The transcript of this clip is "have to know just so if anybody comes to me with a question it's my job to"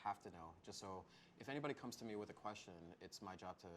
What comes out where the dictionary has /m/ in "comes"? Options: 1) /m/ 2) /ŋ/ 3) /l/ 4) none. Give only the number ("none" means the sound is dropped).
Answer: 1